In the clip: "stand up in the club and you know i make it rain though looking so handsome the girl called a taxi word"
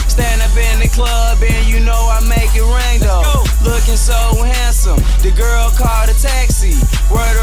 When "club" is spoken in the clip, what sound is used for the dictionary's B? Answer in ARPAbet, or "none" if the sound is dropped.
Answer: B